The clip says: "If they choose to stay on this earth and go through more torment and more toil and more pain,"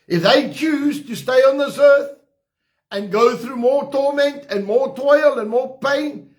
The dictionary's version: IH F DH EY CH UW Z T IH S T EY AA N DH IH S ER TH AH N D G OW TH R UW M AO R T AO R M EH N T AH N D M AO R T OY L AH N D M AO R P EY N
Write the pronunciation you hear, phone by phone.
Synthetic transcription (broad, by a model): IH F DH EY CH UW Z T IH S T EY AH N DH IH S ER TH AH N G OW TH R UW M AO R T AO R M EH N T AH N M AO R T OY L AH N M AO R P EY N